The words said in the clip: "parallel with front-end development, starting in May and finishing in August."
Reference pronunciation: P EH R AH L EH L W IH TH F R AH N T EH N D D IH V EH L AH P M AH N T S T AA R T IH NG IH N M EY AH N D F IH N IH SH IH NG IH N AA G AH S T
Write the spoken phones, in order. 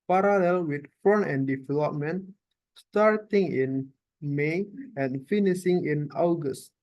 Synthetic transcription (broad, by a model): P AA R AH L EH L W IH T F AO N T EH N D D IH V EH L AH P M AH N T S T AA R T IH NG IH N M EY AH N F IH N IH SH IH NG IH N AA G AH S T